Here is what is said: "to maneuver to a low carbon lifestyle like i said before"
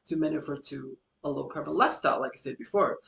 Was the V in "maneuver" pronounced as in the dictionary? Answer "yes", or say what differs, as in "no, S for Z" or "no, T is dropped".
no, F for V